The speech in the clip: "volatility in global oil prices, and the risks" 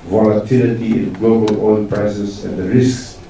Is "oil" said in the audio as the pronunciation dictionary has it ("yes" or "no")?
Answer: no